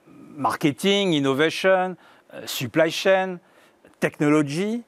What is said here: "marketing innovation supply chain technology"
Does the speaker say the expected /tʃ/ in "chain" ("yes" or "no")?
no